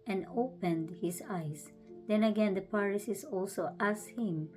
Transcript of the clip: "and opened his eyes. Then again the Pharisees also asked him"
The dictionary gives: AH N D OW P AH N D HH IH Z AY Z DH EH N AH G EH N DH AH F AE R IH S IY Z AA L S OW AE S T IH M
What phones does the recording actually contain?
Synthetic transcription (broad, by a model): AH N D OW P AH N D HH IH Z AY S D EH N AH G EH N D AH P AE R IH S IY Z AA L S OW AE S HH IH M